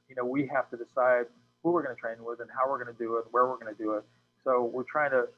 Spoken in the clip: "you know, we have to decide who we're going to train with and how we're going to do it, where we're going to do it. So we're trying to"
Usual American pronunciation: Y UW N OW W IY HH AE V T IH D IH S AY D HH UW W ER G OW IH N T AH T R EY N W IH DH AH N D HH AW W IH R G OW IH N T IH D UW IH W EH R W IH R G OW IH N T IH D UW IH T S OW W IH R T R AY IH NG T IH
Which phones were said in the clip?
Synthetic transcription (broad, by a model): Y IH N OW W IY HH AE F T IH D IH S AY D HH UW W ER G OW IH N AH T R EY N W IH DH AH N HH AW W IH R G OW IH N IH D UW IH W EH R W IH R G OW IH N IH D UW IH T S OW W IH R T R AY IH NG T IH